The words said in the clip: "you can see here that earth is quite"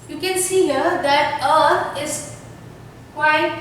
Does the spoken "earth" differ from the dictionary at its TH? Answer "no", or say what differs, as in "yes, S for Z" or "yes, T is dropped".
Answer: yes, T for TH